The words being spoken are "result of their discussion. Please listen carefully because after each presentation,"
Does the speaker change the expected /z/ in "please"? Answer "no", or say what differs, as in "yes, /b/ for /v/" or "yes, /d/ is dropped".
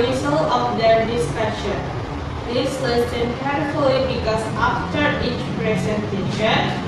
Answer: yes, /s/ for /z/